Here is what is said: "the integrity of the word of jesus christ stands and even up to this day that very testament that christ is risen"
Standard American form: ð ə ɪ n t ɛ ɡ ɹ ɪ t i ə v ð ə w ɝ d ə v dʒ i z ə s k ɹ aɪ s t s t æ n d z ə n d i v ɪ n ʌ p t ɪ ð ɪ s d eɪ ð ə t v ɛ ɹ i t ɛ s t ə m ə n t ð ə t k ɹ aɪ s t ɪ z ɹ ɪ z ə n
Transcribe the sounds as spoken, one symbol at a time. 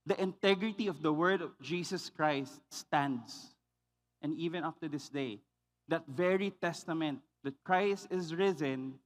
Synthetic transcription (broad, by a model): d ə ɪ n t ɛ ɡ ɹ ɪ t i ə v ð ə w ɝ d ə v dʒ i s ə s k ɹ aɪ s t s t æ n d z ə n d i v ɪ n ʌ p t ɪ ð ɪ s d eɪ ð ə t v ɛ ɹ i t ɛ s t ə m ə n t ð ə t k ɹ aɪ s t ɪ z ɹ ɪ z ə n